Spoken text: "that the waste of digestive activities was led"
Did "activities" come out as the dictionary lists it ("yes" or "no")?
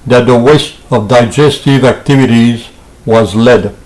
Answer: yes